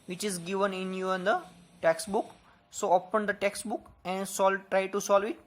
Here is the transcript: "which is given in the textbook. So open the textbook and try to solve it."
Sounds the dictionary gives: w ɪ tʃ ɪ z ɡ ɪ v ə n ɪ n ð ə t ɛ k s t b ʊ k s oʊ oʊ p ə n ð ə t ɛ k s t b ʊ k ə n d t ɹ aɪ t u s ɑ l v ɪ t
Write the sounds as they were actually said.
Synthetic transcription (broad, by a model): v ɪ tʃ ɪ z ɡ ɪ v ə n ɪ n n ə t ɛ k s t b ʊ k s oʊ oʊ p ə n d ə t ɛ k s t b ʊ k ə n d t ɹ aɪ t u s ɑ l v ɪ t